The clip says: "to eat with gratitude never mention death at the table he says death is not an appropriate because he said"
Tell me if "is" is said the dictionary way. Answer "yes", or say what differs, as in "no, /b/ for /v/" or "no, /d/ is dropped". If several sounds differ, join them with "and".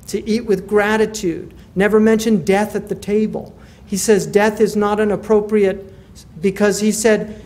yes